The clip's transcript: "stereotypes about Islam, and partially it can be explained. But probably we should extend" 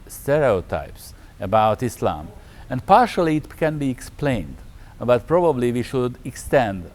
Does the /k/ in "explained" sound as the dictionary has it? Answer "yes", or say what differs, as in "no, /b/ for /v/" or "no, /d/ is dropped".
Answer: yes